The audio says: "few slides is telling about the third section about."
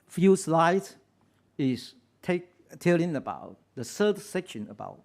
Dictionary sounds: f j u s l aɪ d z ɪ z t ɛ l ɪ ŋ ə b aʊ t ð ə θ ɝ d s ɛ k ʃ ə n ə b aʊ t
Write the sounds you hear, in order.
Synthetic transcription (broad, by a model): f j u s l aɪ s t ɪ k t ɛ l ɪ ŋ ə b aʊ t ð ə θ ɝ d s ɛ k ʃ ə n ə b aʊ t